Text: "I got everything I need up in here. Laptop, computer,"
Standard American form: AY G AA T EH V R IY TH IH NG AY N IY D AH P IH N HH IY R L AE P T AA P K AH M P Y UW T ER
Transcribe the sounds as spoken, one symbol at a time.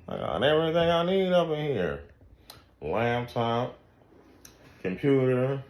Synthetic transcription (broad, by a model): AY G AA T EH V R IY TH IH NG AY N IY D AH P IH N HH IY R L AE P T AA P K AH M P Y UW T ER